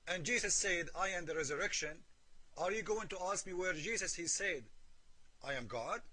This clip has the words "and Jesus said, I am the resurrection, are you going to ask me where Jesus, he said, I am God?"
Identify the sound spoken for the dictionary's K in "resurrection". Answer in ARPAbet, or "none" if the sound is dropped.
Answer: K